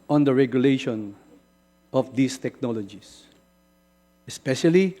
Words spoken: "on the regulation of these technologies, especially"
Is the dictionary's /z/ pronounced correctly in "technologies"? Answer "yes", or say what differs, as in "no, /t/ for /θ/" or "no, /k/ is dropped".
no, /s/ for /z/